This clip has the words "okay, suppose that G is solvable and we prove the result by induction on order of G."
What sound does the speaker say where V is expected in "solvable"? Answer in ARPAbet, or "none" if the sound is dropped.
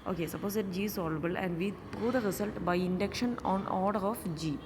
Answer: none